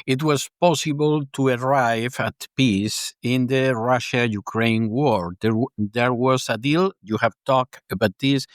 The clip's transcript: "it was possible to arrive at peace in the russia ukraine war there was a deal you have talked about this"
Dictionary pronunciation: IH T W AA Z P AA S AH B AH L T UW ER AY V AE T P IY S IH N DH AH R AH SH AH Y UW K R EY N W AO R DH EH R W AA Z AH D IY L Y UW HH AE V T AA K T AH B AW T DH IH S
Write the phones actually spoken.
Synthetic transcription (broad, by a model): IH T W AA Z P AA S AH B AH L T UW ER AY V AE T P IY S IH N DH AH R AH SH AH Y UW K R EY N W AO R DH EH R W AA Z AH D IY L Y UW HH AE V T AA K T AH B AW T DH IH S